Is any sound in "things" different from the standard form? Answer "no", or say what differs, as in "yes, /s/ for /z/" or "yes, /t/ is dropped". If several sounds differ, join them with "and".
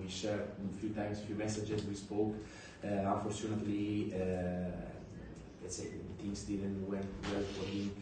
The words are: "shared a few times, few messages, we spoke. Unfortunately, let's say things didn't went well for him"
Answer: yes, /t/ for /θ/